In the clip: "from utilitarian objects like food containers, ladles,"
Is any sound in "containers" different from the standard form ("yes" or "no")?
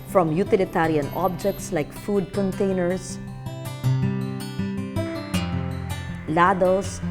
yes